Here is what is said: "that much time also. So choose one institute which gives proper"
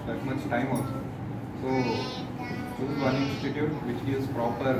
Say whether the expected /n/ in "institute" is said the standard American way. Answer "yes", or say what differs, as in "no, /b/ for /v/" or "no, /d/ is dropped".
no, /n/ is dropped